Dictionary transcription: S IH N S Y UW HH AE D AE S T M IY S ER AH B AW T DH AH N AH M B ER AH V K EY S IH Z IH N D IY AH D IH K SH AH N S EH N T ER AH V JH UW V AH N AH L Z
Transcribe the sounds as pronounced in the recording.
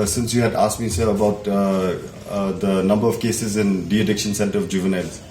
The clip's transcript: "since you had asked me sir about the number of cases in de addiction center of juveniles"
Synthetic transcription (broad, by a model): S IH N S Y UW HH AE D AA S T M IY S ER AH B AW T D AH N AH M B ER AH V K EY S IH Z IH N D IY AH D IH K SH AH N S EH N T ER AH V JH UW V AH N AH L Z